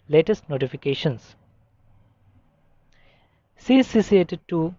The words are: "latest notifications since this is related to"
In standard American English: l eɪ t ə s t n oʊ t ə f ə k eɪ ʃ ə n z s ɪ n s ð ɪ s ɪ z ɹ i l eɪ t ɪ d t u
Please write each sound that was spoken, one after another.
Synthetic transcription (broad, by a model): l eɪ t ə s t n oʊ t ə f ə k eɪ ʃ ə n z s s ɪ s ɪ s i eɪ t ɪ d t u